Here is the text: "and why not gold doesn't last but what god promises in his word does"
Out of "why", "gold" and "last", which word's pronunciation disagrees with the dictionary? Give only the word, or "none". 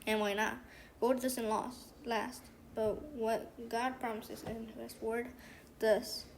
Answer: gold